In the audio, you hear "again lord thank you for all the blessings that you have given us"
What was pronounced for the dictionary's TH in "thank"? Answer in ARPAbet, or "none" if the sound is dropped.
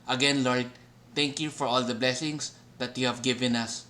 T